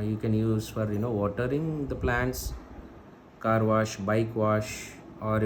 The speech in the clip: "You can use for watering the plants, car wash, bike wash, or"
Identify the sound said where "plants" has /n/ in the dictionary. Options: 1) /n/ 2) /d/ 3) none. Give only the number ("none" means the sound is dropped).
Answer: 1